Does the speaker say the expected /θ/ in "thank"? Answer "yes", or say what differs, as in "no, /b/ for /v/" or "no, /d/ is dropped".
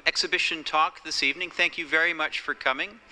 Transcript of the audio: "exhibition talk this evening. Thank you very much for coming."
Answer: yes